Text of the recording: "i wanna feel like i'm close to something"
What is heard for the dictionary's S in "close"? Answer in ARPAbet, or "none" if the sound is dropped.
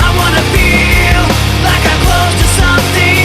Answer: none